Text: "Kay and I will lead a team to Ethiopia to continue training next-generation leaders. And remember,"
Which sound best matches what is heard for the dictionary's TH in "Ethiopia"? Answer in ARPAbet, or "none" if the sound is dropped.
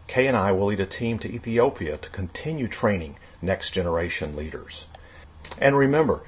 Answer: TH